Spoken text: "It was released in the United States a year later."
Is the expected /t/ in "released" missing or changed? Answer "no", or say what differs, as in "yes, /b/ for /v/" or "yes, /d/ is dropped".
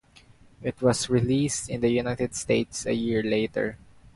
no